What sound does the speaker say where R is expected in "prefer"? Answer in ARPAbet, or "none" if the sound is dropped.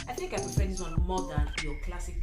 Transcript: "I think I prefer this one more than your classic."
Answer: none